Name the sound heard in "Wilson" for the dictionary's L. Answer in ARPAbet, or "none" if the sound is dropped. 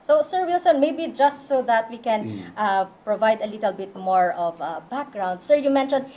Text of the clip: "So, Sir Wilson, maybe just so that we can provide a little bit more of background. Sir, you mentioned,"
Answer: L